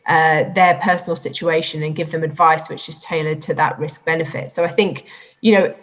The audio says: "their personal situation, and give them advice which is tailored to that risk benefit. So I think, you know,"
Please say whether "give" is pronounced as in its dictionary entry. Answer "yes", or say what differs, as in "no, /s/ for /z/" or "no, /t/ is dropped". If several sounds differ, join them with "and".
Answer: yes